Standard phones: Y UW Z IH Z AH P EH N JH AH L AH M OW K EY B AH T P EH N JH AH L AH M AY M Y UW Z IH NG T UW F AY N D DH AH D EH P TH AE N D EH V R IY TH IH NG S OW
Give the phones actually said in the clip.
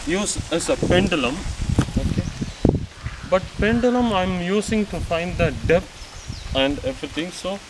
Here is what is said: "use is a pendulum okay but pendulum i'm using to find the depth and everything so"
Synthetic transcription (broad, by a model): Y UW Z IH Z AH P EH N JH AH L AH M OW K EY B AH T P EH N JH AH L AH M AY M Y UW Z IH NG T UW F AY N D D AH D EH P T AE N D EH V R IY T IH NG S OW